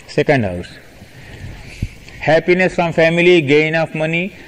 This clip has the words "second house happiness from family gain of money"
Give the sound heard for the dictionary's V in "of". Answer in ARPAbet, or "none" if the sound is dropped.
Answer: F